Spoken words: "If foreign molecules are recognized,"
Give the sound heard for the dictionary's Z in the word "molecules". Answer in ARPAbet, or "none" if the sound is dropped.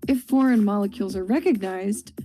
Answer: Z